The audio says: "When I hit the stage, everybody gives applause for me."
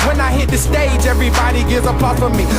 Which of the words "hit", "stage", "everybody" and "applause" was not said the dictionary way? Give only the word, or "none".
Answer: applause